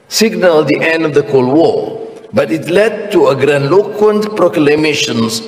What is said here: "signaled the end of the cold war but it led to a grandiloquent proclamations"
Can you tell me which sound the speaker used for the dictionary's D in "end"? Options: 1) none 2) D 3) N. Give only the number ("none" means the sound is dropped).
2